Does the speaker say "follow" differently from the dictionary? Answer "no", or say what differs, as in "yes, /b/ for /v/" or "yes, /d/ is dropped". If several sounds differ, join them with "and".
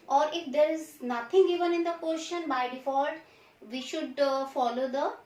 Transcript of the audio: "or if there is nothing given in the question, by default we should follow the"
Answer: no